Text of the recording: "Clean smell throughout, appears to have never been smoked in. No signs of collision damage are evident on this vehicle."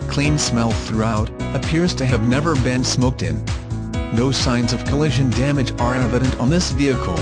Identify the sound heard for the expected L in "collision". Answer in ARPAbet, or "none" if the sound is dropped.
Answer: L